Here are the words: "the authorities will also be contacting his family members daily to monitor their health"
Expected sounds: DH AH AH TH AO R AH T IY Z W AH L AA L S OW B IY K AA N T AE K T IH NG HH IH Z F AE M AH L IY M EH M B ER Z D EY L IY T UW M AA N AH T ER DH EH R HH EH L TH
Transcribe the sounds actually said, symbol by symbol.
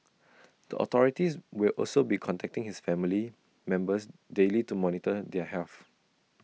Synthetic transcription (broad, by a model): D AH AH T AO R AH T IY S W AH L AA L S OW B IY K AA N T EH K T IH NG HH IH S F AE M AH L IY M EH M B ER S D EY L IY T UW M AA N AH T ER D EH HH EH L F